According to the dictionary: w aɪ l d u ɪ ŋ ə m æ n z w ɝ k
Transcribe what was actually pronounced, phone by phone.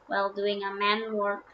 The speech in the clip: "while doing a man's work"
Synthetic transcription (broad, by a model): w aɪ l d u ɪ ŋ ə m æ n w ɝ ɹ